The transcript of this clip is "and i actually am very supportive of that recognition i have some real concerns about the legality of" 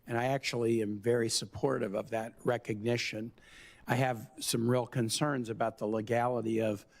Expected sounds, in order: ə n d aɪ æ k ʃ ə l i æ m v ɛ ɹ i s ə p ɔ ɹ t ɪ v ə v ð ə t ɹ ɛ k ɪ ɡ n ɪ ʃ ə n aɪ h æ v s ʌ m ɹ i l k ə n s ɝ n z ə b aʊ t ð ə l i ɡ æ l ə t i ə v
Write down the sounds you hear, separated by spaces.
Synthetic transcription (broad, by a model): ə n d aɪ æ k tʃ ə l i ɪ m v ɛ ɹ i s ə p ɔ ɹ t ɪ v ə v ð ə t ɹ ɛ k ɪ ɡ n ɪ ʃ ə n aɪ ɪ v s ʌ m ɹ i l k ə n s ɝ n z ə b aʊ t ð ə l i ɡ æ l ə t i ə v